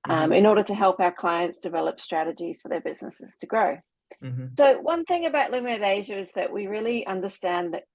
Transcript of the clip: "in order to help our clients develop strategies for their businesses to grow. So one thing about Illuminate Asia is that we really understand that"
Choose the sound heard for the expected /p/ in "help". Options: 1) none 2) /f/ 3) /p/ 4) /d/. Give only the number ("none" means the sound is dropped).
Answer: 3